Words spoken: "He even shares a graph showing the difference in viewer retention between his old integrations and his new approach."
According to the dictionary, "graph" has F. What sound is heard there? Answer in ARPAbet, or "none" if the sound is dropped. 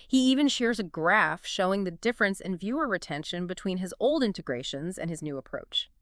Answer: F